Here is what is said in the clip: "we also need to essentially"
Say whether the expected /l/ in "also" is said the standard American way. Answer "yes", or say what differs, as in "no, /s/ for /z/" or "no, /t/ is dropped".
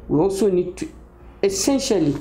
no, /l/ is dropped